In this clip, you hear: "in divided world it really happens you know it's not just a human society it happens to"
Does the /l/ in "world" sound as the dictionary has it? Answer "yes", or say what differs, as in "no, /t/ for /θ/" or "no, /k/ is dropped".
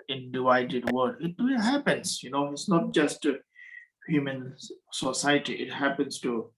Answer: no, /l/ is dropped